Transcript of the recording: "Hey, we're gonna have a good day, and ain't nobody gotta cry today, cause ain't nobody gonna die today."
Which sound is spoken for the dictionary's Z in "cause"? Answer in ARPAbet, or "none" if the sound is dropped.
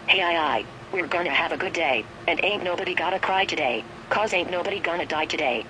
Z